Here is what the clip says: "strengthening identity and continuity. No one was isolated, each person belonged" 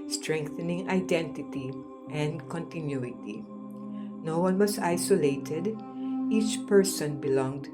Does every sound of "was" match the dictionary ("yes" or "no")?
no